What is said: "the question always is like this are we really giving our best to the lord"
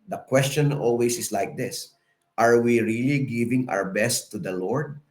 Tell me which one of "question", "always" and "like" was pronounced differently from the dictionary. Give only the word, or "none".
always